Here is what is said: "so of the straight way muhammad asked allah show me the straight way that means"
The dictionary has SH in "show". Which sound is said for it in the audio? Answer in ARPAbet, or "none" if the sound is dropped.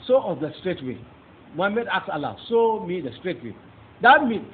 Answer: S